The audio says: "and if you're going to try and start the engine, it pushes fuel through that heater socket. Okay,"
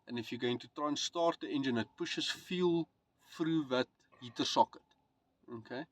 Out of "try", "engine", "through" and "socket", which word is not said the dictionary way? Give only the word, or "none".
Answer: through